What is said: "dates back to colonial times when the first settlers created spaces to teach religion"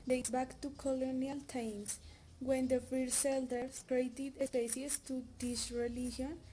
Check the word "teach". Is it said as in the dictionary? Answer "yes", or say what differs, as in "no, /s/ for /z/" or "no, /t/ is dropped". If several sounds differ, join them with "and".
no, /s/ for /tʃ/